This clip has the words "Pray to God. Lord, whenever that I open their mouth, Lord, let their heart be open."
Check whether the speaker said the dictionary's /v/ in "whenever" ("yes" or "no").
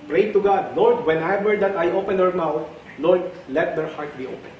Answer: no